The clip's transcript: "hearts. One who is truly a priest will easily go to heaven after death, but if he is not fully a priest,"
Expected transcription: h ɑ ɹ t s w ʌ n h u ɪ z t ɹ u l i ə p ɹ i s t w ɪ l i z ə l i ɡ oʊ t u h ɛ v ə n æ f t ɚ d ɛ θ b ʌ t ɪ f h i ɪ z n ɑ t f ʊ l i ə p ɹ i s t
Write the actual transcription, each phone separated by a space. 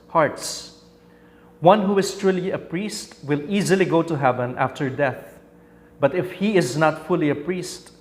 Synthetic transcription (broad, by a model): h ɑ ɹ t s w ʌ n h u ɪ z t ɹ u l i ə p ɹ i s t w ɪ l i z ə l i ɡ oʊ t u h ɛ v ə n æ f t ɚ d ɛ θ b ʌ t ɪ f h i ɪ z n ɑ t f ʊ l i ə p ɹ i s t